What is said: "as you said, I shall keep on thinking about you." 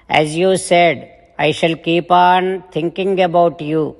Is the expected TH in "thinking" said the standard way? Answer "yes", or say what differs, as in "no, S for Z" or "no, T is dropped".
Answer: no, T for TH